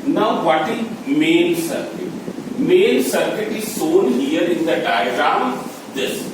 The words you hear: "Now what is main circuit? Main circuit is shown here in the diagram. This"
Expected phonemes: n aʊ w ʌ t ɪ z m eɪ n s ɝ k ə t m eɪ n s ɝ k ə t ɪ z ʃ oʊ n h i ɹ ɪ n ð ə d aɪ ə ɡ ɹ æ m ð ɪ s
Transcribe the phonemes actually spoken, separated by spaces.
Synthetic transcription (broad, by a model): n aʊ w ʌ t ɪ z m eɪ n s ɝ k ə t m eɪ n s ɝ k ə t ɪ z s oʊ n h i ɹ ɪ n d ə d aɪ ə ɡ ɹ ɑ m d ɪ s